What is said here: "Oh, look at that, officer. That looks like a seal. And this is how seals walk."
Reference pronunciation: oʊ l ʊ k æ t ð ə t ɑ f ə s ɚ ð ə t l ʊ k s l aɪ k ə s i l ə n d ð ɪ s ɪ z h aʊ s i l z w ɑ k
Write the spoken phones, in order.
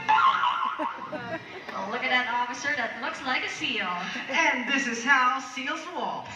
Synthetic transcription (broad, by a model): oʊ l ʊ k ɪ t ð ə t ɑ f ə s ɚ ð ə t l ʊ k s l aɪ k ə s i l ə n ð ɪ s ɪ z h aʊ s i l z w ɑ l